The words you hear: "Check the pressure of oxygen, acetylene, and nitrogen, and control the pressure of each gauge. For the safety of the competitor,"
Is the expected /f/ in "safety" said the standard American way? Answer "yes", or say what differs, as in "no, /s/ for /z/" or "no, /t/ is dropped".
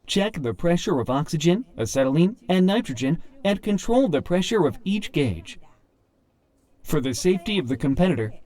yes